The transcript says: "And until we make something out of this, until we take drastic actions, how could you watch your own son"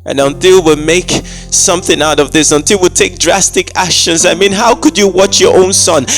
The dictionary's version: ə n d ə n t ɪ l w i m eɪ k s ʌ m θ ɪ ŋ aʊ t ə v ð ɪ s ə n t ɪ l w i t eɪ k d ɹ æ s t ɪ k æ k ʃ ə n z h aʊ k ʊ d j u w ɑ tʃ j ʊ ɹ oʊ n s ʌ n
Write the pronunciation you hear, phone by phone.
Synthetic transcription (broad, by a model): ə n ə n t ɪ l w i m eɪ k s ʌ m θ ɪ ŋ aʊ t ə v ð ɪ s ə n t ɪ l w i t eɪ k d ɹ æ s t ɪ k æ k ʃ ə n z h aʊ k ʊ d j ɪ w ɑ tʃ j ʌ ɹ oʊ n s ʌ n